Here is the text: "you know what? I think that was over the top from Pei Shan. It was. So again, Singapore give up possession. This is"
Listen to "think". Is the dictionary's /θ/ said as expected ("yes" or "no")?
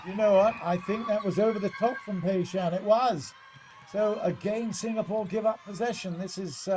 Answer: yes